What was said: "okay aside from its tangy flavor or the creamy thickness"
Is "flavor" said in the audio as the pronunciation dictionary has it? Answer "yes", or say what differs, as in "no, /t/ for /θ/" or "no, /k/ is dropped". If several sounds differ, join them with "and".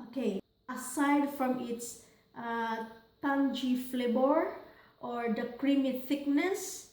no, /b/ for /v/